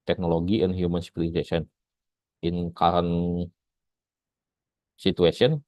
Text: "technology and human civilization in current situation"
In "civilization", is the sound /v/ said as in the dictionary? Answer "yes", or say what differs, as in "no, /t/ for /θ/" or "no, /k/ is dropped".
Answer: no, /p/ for /v/